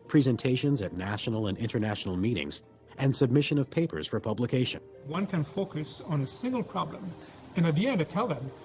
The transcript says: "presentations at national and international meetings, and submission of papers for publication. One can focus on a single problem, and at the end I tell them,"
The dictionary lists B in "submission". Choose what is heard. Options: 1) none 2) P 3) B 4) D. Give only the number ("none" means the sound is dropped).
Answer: 3